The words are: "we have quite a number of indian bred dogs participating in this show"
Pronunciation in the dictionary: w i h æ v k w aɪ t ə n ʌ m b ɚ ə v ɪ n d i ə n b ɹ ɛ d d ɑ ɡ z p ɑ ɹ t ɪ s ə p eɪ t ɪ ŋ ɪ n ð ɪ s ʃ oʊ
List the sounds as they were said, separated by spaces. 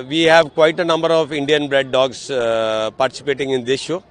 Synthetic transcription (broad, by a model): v i h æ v k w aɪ t ə n ʌ m b ɚ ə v ɪ n d i ə n b ɹ ɛ d d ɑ ɡ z p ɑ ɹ t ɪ s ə p eɪ t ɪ ŋ ɪ n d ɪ s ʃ oʊ